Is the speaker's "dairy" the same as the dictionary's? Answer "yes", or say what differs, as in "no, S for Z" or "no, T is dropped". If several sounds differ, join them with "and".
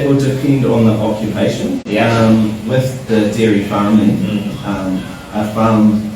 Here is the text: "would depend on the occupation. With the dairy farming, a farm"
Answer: yes